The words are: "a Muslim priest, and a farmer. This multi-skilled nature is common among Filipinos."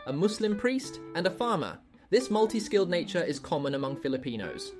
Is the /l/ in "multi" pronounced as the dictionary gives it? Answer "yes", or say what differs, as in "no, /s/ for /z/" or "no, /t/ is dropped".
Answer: yes